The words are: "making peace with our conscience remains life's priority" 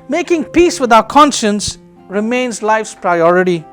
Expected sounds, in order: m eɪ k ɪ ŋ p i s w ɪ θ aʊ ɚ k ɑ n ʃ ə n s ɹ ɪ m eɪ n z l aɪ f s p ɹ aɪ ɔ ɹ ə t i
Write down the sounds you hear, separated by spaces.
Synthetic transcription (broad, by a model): m eɪ k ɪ ŋ p i s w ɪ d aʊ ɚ k ɑ n ʃ ə n s ɹ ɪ m eɪ n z l aɪ f s p ɹ aɪ ɔ ɹ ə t i